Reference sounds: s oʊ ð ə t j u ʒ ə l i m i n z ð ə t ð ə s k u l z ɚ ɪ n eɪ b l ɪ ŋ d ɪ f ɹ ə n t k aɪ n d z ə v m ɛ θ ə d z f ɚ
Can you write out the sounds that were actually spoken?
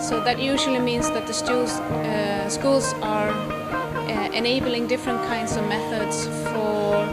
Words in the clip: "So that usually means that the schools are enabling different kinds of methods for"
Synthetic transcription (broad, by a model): s oʊ ð ə t j u ʒ ə l i m i n z ð ə t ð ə s k u l z ɚ ɪ n eɪ b l ɪ ŋ d ɪ f ɹ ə n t k aɪ n d z ə v m ɛ θ ə d z f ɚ